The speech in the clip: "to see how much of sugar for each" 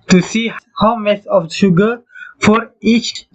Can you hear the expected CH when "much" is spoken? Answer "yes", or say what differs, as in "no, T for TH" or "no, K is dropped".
no, S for CH